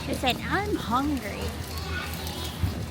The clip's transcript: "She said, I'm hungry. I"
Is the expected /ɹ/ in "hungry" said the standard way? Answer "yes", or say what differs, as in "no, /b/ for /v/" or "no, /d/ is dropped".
yes